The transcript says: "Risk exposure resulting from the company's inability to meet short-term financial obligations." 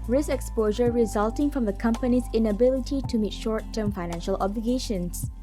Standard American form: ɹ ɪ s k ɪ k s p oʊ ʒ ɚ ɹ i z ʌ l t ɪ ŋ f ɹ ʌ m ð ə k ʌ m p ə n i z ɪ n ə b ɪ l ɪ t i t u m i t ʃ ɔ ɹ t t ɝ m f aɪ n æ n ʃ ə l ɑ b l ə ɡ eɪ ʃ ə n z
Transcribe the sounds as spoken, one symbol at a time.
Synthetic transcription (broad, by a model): ɹ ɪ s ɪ k s p oʊ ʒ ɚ ɹ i z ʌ l t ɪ ŋ f ɹ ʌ m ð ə k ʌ m p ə n i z ɪ n ə b ɪ l ɪ t i t u m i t ʃ ɔ ɹ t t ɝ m f aɪ n æ n ʃ ə l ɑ b l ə ɡ eɪ ʃ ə n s